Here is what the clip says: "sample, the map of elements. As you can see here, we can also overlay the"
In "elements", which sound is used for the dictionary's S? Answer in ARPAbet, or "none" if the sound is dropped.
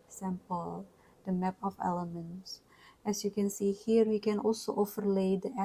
S